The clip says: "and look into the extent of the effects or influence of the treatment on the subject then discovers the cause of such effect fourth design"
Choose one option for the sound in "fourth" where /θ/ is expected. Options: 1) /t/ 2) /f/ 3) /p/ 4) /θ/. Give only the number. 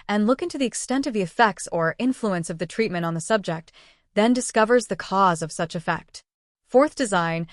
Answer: 4